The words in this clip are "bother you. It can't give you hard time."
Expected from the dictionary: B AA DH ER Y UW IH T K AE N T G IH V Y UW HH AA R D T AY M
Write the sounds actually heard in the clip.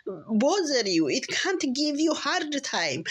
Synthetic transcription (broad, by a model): B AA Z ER Y UW IH T K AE N T G IH V Y UW HH AA R D T AY M